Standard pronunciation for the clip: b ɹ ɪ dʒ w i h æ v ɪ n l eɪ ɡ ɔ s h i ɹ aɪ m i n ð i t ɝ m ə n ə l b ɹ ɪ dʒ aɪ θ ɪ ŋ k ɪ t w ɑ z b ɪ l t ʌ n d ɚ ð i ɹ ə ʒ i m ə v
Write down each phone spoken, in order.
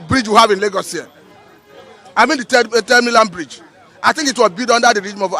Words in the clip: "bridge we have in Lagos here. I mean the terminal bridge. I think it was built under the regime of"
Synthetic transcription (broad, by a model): b ɹ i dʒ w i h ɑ v ɪ n l eɪ ɡ ɔ s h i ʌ aɪ m i n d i t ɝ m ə l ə n b ɹ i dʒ aɪ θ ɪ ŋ k ɪ t w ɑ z b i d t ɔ n d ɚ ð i ɹ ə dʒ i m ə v